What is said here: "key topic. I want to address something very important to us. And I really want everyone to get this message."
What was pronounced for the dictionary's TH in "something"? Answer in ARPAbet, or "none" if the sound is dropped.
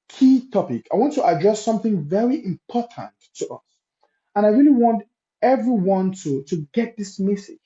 TH